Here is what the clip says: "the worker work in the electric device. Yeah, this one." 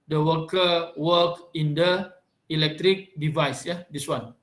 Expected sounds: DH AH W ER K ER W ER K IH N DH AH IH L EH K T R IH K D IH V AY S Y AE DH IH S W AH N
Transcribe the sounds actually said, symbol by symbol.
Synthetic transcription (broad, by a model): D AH W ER K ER W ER K IH N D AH IH L EH K T R IH K D IH V AY S Y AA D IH S W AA N